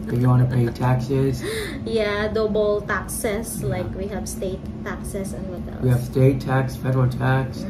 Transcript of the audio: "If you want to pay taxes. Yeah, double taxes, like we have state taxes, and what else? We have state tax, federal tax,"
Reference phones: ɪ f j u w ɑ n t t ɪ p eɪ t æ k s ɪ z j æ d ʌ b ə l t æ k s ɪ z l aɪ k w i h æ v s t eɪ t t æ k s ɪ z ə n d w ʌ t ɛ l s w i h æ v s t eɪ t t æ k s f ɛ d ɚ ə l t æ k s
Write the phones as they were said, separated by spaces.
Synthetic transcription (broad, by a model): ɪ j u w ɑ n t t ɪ p eɪ t æ k s ɪ z j æ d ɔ b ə l t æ k s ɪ s l aɪ k w i h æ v s t eɪ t t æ k s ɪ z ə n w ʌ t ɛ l w i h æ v s t eɪ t t æ k s f ɛ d ɚ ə l t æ k s